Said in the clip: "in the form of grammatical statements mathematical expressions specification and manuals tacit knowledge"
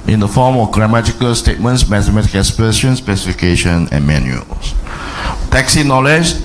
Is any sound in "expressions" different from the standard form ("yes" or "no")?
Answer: yes